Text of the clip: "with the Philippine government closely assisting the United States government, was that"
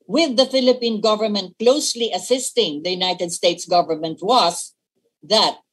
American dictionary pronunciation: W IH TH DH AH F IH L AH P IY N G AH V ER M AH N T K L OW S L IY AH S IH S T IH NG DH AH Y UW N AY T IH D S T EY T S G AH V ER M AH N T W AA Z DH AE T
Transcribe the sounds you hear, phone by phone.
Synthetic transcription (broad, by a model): W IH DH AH F IH L AH P IY N G AH V ER M AH N T K L OW S L IY AH S IH S T IH NG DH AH Y UW N AY T IH D S T EY T S G AH V ER M AH N T W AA S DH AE T